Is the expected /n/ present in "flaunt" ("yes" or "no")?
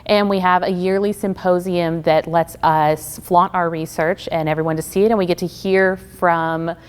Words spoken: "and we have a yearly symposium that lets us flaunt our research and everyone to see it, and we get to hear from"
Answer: no